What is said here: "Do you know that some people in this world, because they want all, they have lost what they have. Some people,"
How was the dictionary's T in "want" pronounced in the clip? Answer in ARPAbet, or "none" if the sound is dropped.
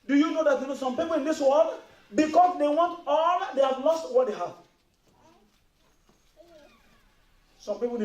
T